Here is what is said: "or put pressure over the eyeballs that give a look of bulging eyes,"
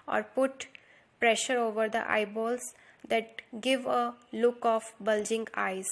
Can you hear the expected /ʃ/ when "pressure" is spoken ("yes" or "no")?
yes